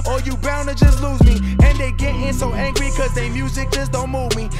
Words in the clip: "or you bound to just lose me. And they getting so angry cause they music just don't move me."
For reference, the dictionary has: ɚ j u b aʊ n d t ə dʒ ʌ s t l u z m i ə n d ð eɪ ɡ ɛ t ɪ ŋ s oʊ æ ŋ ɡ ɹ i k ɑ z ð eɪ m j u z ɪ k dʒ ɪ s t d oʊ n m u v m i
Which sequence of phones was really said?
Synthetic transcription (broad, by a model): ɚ j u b aʊ n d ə dʒ ʌ s t l u z m i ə n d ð eɪ ɡ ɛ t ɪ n s oʊ æ ŋ ɡ ɹ i k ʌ z ð eɪ m j u z ɪ k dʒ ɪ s d oʊ n m u v m i